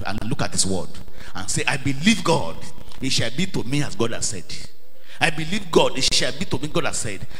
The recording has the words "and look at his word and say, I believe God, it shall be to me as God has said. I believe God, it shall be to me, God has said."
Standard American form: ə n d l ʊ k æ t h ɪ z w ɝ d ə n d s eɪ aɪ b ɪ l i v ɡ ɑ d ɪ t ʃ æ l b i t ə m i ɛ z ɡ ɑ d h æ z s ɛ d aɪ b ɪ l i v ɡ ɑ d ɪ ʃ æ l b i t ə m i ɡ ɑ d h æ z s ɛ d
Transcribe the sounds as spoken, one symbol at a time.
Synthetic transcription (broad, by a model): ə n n l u k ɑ t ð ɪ s w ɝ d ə n s eɪ aɪ b ɪ l i v ɡ ɑ d ɪ t ʃ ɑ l b i t ə m i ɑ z ɡ ɑ d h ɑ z s ɛ d aɪ b ɪ l i v ɡ ɑ d ɪ ʃ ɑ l b i t ə m i ɡ ɑ d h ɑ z s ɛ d